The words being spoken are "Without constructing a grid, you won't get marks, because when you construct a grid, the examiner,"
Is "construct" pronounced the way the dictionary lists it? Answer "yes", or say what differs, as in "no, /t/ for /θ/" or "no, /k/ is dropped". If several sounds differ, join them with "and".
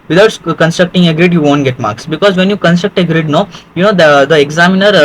yes